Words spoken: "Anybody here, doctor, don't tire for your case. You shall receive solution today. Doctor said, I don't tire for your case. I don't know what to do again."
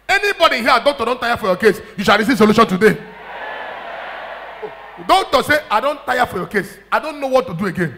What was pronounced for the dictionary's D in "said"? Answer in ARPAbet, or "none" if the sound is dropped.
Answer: none